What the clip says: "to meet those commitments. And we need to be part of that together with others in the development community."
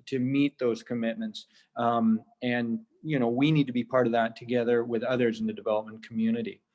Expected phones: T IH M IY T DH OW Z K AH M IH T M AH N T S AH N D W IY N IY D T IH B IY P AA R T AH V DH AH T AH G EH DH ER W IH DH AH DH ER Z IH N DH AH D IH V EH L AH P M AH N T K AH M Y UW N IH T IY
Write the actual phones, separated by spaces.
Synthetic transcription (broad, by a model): T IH M IY T DH OW Z K AH M IH T M AH N T S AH N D W IY N IY D T IH B IY P AA R T AH V DH AH T AH G EH DH ER W IH DH AH DH ER Z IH N DH AH D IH V EH L AH P M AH N K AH M Y UW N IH T IY